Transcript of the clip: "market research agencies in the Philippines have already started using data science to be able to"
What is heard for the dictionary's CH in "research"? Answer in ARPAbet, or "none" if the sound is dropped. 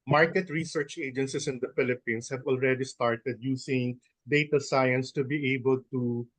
CH